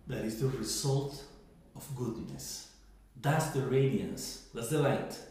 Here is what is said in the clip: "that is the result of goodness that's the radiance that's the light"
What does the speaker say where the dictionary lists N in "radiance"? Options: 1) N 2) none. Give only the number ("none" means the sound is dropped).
1